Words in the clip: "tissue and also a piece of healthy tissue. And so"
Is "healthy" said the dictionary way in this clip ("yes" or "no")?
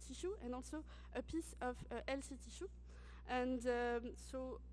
no